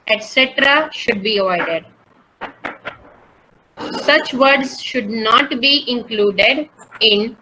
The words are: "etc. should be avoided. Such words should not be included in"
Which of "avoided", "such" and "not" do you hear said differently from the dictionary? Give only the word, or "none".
avoided